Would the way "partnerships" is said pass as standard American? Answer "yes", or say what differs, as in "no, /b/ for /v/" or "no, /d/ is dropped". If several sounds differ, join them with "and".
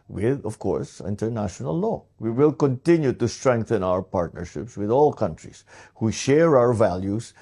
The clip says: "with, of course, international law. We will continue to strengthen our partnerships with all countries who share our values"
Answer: yes